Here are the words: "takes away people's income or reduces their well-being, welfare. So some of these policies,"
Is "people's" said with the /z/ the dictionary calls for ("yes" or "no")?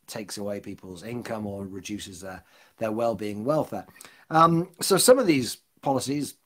yes